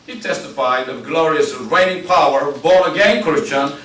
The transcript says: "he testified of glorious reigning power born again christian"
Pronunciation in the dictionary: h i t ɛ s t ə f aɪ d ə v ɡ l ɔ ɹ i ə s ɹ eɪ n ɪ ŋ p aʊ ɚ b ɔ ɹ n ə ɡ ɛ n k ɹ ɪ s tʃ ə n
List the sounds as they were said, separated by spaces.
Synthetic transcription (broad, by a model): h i t ɛ s t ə f aɪ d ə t ɡ l ɔ ɹ i ə s ɹ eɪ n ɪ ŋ p aʊ ɚ b ɔ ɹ ə ɡ ɛ n k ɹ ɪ s tʃ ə n